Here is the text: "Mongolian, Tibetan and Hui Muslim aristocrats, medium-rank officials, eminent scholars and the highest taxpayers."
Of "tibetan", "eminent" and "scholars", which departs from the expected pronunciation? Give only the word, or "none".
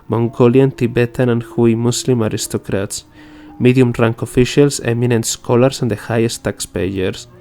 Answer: scholars